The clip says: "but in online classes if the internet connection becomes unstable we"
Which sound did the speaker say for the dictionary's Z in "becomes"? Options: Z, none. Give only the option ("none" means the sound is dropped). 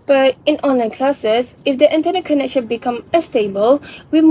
none